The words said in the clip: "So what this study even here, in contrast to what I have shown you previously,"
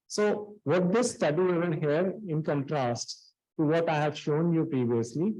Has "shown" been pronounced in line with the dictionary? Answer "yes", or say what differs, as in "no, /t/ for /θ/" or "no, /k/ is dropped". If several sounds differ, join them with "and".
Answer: yes